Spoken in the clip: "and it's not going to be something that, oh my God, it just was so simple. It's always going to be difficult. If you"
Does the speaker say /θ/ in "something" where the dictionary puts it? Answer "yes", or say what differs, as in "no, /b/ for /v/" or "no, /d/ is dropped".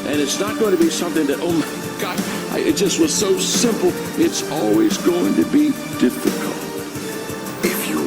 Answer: yes